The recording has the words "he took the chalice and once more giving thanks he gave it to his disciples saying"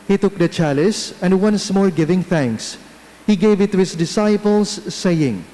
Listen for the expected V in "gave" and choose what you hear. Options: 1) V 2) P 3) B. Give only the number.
1